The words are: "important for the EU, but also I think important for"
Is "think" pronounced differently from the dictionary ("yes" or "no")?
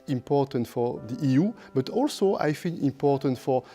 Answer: yes